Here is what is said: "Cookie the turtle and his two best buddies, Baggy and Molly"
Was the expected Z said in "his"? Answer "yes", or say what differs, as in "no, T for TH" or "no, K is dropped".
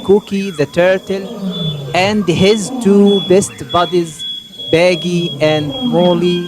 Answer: yes